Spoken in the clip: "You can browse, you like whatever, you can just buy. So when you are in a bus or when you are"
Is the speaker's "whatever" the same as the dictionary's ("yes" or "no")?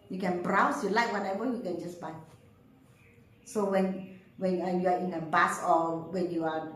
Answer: no